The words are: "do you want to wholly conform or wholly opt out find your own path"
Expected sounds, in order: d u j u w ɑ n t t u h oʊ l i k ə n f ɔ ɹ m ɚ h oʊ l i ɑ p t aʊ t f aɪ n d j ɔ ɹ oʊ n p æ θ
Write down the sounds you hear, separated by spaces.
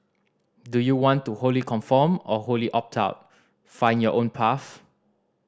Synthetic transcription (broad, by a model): d u j u w ɑ n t t u h oʊ l i k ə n f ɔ m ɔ h oʊ l i ɑ p t aʊ t f aɪ n j ɔ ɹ oʊ n p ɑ f